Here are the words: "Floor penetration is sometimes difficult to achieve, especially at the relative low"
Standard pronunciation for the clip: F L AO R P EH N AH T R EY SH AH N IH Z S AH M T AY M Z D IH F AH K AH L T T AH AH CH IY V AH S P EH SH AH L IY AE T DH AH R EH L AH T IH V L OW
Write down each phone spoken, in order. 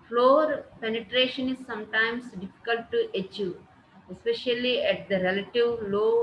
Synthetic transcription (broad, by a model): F L AO R P EH N AH T R EY SH AH N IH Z S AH M T AY M S D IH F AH K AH L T T AH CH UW AH S P EH SH AH L IY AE T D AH R EH L AH T IH V L OW